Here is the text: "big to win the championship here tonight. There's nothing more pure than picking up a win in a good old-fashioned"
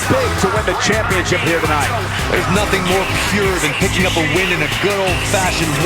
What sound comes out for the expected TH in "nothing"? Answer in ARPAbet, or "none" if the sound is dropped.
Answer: TH